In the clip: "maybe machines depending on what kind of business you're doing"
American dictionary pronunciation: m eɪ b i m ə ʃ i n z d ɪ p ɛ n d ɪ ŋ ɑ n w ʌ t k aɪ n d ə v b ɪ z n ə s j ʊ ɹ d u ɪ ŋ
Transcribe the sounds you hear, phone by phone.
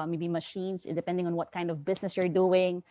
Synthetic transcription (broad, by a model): m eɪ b i m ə ʃ i n s d ɪ p ɛ n d ɪ ŋ ɑ n w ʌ t k aɪ n d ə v b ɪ s n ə s j ʊ ɹ d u ɪ ŋ